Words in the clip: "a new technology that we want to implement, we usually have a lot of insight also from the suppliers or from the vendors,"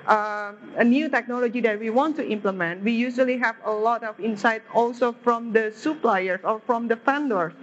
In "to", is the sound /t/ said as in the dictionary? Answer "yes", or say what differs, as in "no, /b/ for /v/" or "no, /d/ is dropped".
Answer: yes